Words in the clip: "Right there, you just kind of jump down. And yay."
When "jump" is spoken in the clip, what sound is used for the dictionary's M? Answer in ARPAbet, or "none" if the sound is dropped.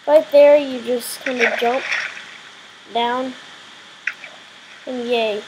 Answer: M